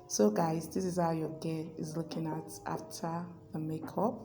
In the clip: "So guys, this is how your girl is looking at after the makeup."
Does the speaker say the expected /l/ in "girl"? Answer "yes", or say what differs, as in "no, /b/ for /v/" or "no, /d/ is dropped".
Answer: no, /n/ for /l/